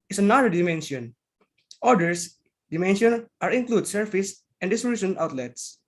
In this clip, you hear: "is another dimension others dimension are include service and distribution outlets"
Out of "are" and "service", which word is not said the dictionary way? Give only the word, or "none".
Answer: service